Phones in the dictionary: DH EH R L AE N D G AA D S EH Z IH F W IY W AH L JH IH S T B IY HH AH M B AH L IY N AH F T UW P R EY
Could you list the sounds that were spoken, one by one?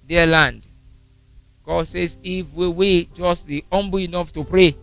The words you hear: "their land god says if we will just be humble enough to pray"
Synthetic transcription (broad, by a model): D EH L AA N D G AA D S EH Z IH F W IY W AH JH IH S T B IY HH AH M B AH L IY N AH F T UW P R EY